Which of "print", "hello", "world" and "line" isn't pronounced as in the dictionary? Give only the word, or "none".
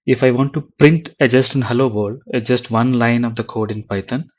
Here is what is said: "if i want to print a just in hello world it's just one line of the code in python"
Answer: world